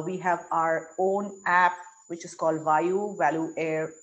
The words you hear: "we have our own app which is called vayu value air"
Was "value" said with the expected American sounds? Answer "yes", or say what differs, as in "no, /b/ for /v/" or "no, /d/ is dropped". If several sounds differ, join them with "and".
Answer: yes